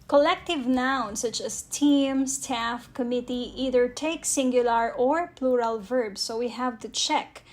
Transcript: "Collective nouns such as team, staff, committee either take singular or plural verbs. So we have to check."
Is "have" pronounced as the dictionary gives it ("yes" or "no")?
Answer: yes